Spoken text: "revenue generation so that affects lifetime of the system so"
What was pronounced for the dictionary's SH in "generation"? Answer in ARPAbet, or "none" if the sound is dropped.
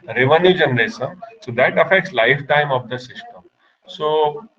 S